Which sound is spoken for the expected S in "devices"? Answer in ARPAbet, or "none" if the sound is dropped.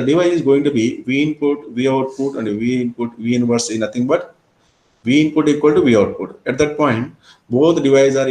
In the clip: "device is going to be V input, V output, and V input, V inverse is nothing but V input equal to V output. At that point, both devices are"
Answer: none